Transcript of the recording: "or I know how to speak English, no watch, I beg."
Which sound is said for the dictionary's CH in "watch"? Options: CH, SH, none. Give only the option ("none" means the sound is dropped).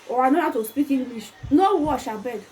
SH